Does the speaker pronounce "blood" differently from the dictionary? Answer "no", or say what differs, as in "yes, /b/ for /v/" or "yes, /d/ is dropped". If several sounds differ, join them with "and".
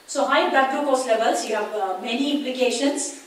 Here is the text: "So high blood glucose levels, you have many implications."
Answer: yes, /l/ is dropped